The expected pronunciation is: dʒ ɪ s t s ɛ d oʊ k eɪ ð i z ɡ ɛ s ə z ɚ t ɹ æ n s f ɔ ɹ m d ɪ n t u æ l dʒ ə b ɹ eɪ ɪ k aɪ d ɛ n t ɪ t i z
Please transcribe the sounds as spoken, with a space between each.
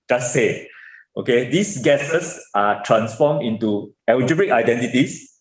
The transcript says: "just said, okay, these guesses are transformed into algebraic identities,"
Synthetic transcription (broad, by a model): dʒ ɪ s s ɛ oʊ k eɪ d i s ɡ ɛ s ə s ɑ t ɹ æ n s f ɔ m ɪ n t u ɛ w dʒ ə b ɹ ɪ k aɪ d ɛ n t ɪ t i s